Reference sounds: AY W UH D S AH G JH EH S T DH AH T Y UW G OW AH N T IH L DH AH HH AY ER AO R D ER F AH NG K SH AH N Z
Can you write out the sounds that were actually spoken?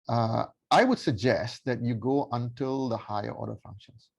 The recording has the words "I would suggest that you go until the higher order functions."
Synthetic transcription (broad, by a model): AY W UH D S AH G JH EH S T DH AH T Y UW G OW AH N T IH L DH AH HH AY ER AO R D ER F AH NG K SH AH N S